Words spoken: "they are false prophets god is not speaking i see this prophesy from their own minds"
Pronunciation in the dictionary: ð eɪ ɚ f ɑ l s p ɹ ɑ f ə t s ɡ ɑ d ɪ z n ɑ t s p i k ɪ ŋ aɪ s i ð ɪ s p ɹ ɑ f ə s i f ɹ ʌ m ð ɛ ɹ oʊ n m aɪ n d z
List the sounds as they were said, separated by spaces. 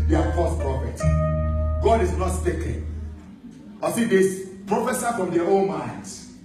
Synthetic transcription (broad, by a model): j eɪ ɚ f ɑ s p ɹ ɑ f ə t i ɡ ɑ d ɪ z n ɑ t s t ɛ k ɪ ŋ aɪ s i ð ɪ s p ɹ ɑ f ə s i f ɹ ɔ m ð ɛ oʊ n m aɪ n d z